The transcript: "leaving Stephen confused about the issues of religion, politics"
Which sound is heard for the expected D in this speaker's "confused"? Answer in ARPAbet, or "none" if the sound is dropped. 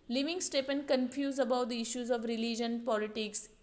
none